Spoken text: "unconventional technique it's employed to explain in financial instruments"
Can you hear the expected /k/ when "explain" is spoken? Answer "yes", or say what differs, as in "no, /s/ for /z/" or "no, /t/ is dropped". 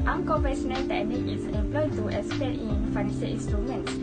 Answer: no, /k/ is dropped